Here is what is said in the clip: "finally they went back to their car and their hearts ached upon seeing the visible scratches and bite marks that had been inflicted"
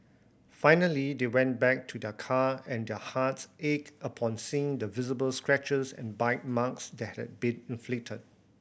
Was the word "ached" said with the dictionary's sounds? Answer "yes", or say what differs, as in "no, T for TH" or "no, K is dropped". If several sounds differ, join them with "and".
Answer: no, T is dropped